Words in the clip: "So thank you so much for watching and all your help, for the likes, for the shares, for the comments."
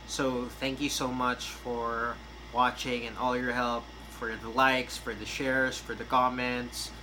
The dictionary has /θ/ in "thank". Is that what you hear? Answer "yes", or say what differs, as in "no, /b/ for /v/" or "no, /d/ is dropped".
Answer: yes